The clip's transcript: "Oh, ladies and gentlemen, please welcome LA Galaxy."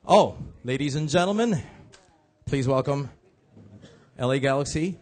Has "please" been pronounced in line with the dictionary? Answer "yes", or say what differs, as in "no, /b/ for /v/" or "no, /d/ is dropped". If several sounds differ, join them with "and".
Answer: yes